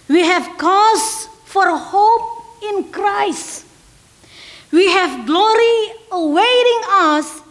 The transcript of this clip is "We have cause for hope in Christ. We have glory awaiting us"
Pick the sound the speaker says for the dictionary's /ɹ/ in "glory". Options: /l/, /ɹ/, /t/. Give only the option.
/ɹ/